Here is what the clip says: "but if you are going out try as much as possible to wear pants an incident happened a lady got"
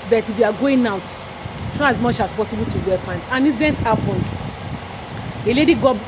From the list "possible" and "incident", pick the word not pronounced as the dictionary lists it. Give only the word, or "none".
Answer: incident